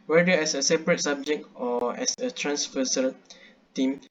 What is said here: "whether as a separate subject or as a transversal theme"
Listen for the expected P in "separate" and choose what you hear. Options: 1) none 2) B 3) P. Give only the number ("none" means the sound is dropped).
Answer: 3